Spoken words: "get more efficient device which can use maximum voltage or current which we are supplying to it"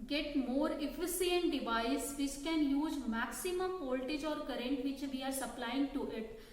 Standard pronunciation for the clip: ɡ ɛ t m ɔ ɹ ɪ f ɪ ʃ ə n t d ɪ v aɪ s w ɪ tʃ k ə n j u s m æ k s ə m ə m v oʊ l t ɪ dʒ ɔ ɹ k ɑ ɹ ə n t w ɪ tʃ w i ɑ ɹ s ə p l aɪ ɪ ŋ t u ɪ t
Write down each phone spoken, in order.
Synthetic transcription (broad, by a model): ɡ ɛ t m ɔ ɹ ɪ f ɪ s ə n t d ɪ v aɪ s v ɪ tʃ k ə n j u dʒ m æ k s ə m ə m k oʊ l t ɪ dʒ ɔ ɹ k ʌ ɹ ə n t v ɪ tʃ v i ɑ ɹ s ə p l aɪ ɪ ŋ t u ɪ t